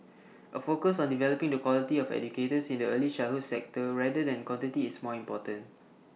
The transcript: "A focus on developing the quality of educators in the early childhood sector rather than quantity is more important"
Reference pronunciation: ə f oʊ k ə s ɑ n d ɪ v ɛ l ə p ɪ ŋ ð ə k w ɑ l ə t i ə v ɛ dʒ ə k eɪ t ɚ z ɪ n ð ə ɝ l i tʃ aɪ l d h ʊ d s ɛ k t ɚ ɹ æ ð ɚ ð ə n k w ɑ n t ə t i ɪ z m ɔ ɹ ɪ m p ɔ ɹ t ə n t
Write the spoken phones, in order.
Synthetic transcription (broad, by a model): ə f oʊ k ə s ɑ n d ɪ v ɛ l ə p ɪ ŋ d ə k w ɑ l ə t i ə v ɛ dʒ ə k eɪ t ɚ s ɪ n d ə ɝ l i ʃ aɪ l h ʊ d s ɛ k t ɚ ɹ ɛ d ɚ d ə n k w ɑ n t ə t i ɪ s m ɔ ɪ m p ɔ t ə n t